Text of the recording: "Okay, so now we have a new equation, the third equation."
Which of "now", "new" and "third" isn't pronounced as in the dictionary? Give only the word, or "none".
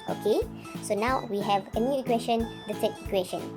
third